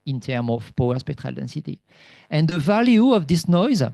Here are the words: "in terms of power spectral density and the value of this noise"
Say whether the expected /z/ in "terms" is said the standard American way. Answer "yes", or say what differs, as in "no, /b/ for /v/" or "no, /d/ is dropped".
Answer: no, /z/ is dropped